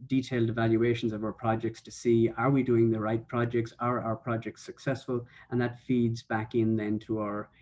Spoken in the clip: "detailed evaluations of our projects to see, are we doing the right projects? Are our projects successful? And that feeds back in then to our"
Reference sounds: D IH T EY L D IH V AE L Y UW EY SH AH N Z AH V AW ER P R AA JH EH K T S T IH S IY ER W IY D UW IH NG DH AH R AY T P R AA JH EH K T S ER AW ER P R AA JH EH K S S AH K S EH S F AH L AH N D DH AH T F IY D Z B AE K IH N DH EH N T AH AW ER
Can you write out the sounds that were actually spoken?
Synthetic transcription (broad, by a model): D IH T EY L D IH V AE L Y UW EY SH AH N Z AH V AW ER P R AA JH EH K T S T IH S IY ER W IY D UW IH NG DH AH R AY T P R AA JH EH K T S ER AW ER P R AA JH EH K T S AH K S EH S F AH L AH N DH AH T F IY D Z B AE K IH N DH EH N T AH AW ER